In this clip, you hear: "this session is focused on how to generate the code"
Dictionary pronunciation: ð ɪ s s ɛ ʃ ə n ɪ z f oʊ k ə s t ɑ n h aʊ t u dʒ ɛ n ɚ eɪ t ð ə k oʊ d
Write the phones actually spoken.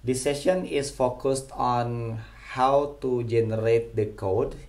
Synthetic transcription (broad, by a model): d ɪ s s ɛ ʃ ə n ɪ s f oʊ k ə s t ɑ n h aʊ t u dʒ ɛ n ɚ eɪ t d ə k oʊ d